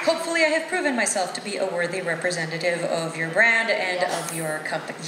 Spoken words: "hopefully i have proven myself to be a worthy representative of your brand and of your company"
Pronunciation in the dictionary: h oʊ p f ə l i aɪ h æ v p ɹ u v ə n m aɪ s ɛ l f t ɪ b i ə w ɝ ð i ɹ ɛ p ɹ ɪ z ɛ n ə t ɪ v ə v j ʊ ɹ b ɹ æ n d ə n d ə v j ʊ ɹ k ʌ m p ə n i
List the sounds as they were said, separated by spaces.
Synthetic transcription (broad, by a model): h oʊ p f l i aɪ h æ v p ɹ u v ə n m aɪ s ɛ l f t ɪ b i ə w ɝ ð i ɹ ɛ p ɹ ɪ z ɛ n ə t ɪ v ə v j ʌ ɹ b ɹ æ n d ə n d ə v j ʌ ɹ k ʌ m p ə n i